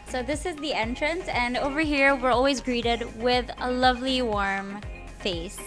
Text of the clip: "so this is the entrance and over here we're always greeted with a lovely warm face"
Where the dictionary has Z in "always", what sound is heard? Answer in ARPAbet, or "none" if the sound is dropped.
Z